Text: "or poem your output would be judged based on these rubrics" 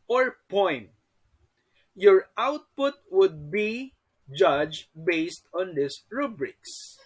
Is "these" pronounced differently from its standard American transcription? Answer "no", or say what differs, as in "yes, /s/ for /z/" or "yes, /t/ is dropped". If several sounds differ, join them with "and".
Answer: yes, /s/ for /z/